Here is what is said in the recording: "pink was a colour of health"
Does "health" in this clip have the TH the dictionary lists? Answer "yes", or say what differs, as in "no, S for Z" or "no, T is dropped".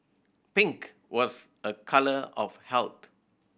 no, T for TH